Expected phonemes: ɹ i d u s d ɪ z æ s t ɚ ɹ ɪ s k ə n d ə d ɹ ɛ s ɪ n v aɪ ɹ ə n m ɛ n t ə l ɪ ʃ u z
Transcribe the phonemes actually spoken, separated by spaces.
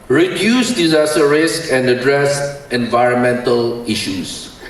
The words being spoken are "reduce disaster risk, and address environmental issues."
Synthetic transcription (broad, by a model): ɹ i d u s d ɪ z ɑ s t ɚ ɹ ɪ s k ə n d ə d ɹ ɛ s ɪ n v aɪ ɹ ə n m ɛ n t ə l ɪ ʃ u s